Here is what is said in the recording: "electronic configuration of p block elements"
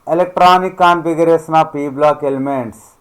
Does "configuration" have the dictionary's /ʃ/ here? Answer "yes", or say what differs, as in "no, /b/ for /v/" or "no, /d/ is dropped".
no, /s/ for /ʃ/